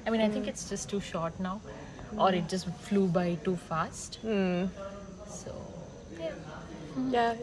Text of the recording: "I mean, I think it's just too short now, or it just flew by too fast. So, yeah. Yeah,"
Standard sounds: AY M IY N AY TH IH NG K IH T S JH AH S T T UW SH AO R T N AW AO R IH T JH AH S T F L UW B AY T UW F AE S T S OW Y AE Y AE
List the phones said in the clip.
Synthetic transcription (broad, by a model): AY M IY N AY T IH NG K IH T S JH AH S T T UW SH AO R T N AW AO R IH T JH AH S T F L UW B AY T UW F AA S T S OW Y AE Y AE